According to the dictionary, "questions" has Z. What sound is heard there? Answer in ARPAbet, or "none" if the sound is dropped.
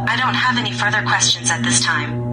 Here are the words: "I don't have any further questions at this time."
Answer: Z